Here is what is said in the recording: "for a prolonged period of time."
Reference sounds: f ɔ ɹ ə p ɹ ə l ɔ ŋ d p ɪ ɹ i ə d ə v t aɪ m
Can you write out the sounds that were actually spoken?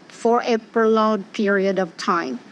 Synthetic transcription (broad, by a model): f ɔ ɹ ə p ə l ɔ d p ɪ ɹ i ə d ə v t aɪ m